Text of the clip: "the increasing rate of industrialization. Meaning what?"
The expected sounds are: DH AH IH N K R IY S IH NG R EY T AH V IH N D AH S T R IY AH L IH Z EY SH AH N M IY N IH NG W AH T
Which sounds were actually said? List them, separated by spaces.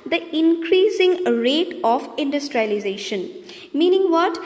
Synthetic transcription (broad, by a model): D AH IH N K R IY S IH NG R EY T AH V IH N D AH S T R IY AH L IH Z EY SH AH N M IY N IH NG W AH T